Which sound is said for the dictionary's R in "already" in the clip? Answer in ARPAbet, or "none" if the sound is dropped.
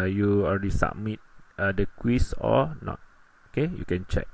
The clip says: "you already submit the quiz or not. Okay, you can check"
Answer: L